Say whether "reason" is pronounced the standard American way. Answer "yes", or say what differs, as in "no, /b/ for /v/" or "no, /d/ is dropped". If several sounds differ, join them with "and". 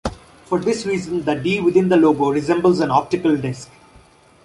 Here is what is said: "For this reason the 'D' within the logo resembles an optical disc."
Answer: yes